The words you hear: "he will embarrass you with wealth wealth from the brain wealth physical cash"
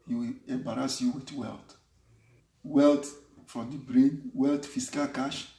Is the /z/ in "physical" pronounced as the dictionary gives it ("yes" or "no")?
no